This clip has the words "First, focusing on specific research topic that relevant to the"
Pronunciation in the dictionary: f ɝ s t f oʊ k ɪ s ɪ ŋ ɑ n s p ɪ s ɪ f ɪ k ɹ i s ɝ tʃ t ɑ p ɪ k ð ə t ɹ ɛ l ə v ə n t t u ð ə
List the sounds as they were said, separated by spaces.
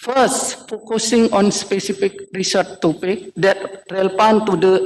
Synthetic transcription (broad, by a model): f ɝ s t f oʊ k ɪ s ɪ ŋ ɑ n s p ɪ s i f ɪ k ɹ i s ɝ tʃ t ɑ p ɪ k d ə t ɹ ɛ l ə p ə n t t u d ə